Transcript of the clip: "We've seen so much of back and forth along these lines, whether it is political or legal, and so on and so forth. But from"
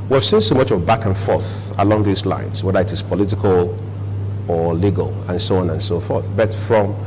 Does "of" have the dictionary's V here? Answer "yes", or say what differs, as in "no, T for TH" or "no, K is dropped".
yes